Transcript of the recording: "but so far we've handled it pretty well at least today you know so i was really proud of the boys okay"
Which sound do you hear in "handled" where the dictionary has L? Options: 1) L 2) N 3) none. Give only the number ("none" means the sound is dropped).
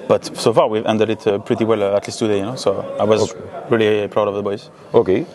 3